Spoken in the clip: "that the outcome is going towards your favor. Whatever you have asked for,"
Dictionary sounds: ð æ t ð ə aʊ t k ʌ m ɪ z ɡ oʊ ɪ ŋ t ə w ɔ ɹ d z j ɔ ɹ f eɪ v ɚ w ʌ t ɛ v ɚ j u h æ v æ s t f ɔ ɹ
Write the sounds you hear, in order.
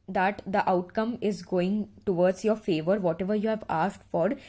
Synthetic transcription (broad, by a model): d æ t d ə aʊ t k ʌ m ɪ z ɡ oʊ ɪ ŋ t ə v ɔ ɹ d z j ɔ ɹ f eɪ v ɚ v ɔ t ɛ v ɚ j u h æ v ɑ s t f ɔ ɹ